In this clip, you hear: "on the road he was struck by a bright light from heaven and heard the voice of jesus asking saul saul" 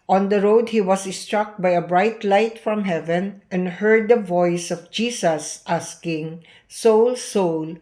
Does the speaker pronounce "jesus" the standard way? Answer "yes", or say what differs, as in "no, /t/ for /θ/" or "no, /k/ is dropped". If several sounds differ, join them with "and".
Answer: no, /s/ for /z/